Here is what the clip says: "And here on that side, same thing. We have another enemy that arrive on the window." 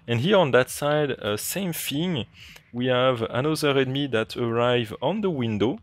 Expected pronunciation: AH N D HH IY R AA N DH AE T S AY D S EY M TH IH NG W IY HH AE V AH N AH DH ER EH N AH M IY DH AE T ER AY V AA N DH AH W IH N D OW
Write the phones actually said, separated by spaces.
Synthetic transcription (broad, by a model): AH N HH IY R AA N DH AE T S AY D S EY M F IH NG W IY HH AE V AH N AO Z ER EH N M IY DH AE T ER AY V AA N DH AH W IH N D OW